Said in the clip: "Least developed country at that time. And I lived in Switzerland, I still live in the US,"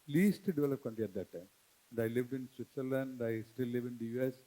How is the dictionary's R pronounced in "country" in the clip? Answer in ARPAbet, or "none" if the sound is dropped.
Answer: L